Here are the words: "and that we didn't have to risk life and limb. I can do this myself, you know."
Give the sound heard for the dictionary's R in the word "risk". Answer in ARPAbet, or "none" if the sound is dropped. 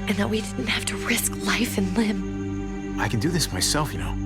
R